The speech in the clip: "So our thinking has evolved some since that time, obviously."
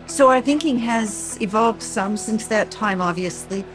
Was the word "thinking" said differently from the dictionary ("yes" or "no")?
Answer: no